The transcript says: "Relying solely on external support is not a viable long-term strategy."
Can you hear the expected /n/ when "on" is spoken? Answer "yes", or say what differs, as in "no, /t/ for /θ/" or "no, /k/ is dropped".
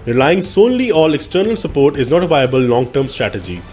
no, /l/ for /n/